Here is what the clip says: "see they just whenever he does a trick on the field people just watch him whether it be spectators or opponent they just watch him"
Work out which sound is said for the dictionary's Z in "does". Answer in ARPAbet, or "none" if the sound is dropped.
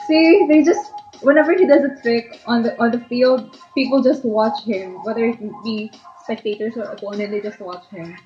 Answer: Z